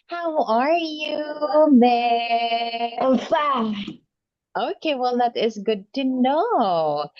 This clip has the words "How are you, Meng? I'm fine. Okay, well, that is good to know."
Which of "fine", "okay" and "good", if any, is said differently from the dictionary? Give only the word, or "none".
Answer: fine